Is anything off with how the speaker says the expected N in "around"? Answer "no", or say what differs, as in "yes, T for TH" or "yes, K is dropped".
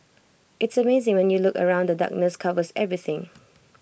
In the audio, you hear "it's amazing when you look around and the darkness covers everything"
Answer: yes, N is dropped